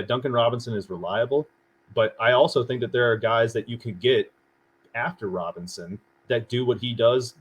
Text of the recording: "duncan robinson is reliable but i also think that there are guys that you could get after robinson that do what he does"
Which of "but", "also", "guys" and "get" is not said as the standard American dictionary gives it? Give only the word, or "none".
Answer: none